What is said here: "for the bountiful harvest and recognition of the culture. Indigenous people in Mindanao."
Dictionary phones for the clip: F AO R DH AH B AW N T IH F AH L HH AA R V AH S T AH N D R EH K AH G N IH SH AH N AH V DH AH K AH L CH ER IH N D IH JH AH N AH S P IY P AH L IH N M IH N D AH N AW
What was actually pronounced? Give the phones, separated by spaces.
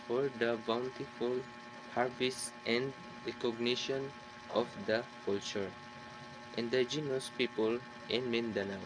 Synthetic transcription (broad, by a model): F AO R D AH B AW N T IH F AH L HH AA R B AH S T AH N D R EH K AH G N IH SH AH N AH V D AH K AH L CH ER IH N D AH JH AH N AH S P IY P AH L IH N M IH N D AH N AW